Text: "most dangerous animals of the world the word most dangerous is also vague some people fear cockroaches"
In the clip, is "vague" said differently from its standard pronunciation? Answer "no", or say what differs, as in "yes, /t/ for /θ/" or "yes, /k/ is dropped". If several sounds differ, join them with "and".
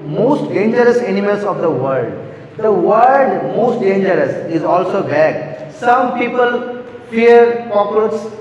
yes, /b/ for /v/